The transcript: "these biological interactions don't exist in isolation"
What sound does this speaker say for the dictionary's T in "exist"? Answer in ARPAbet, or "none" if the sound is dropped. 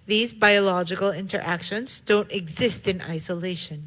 T